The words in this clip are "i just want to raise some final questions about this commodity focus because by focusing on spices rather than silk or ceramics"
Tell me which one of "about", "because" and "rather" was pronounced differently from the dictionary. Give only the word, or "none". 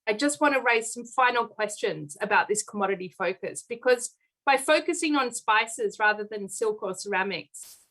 none